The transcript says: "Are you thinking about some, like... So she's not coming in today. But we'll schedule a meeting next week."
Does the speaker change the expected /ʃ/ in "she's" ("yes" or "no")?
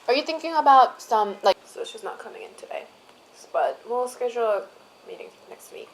yes